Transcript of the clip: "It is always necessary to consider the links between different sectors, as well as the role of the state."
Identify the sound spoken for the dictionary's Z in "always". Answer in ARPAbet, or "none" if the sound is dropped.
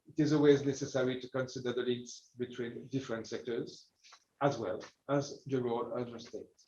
Z